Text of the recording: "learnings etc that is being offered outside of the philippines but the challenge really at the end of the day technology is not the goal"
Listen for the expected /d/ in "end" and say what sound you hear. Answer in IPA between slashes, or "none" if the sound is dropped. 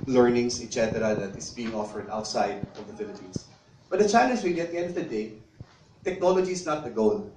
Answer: /d/